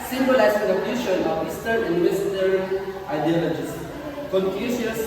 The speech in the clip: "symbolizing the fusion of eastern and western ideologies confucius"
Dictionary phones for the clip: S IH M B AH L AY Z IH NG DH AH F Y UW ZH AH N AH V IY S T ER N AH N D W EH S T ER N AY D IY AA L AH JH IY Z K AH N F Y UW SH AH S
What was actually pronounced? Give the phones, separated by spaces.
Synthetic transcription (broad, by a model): S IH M B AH L AY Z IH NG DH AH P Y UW SH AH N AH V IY S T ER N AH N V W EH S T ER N AY D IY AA L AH JH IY S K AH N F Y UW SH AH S